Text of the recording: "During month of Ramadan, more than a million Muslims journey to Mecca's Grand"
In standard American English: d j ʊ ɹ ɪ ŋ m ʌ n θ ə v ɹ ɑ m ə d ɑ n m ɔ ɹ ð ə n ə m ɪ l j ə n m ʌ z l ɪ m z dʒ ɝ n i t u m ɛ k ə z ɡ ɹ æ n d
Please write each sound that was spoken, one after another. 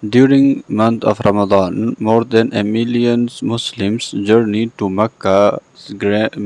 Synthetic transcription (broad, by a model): d j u ɹ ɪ ŋ m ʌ n t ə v ɹ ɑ m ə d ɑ n m ɔ ɹ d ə n ə m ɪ l j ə n m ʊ s l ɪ m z dʒ ɝ n i t u m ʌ k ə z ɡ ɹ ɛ